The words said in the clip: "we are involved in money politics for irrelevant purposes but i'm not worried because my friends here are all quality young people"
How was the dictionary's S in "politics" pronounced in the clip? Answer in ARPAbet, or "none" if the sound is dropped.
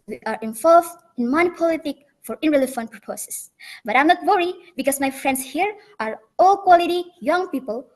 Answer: none